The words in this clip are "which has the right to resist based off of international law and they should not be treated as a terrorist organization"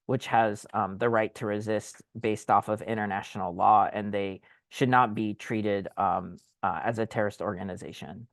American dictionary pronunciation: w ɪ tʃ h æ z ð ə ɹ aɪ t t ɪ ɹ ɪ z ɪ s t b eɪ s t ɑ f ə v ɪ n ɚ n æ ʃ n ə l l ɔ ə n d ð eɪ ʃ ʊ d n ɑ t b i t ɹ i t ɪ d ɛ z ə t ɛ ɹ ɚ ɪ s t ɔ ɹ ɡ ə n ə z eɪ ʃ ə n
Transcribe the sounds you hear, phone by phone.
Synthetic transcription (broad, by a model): w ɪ tʃ h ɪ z ð ə ɹ aɪ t t ɪ ɹ ɪ z ɪ s t b eɪ s t ɑ f ə v ɪ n ɚ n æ ʃ n l l ɔ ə n ð eɪ ʃ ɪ d n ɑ t b i t ɹ i t ɪ d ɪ z ə t ɛ ɹ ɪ s t ɔ ɹ ɡ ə n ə z eɪ ʃ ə n